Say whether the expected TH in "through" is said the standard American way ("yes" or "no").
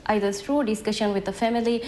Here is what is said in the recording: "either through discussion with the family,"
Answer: no